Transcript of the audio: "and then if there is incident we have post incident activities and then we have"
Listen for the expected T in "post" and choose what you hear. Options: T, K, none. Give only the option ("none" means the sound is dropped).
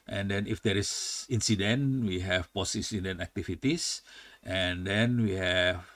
none